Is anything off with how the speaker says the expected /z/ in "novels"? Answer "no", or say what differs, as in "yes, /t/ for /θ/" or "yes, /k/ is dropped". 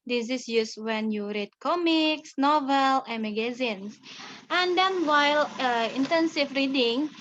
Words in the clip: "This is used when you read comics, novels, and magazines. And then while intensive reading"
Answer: yes, /z/ is dropped